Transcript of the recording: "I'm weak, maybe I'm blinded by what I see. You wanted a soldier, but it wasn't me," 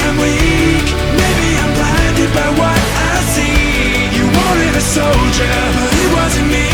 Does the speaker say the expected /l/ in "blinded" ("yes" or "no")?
no